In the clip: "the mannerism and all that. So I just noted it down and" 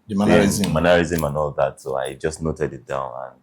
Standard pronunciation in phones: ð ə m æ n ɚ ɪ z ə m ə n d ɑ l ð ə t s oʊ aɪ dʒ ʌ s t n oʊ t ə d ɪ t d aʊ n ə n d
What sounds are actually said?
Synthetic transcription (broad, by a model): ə m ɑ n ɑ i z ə m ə n ɑ l ð ə t s oʊ aɪ dʒ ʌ s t n oʊ t ə d ɪ t d aʊ n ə n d